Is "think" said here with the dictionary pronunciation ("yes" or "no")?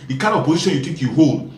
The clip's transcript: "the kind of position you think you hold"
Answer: no